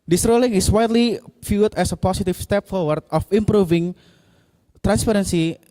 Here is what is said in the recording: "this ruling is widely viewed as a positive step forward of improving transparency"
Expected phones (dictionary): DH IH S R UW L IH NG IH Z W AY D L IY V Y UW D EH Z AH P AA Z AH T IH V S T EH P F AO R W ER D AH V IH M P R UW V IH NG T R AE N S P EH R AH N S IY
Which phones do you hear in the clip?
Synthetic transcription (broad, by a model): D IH S R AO L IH NG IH S W AY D L IY F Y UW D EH S AH P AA S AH T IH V S T EH P F AO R W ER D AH F IH M P R UW V IH NG T R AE N S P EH R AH N S IY